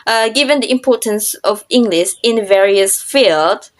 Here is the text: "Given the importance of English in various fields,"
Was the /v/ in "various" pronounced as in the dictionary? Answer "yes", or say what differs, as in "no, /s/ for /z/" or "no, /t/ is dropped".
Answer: yes